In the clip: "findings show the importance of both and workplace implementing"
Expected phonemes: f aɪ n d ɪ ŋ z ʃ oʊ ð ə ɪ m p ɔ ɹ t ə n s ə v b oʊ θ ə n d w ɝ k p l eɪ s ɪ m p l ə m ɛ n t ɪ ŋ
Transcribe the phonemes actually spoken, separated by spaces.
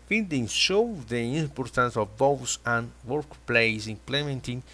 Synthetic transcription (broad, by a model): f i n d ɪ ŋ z ʃ oʊ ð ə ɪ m p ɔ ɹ t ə n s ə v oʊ s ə n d w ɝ k p l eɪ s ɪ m p l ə m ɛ n t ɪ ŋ